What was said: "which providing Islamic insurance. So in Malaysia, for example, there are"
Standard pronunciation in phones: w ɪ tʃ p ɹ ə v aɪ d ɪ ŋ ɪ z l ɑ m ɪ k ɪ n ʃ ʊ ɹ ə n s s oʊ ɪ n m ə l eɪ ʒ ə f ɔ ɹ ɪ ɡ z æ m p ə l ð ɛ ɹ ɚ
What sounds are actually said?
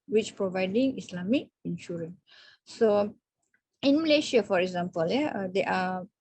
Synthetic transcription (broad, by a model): w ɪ tʃ p ɹ ə v aɪ d ɪ ŋ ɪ s l ɑ m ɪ k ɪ n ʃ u ɹ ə n s s oʊ ɪ n m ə l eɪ ʃ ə f ɔ ɹ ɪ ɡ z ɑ m p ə l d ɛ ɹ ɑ